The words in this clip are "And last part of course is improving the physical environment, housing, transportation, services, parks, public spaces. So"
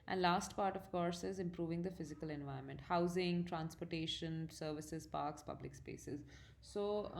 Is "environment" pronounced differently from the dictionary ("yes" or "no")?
yes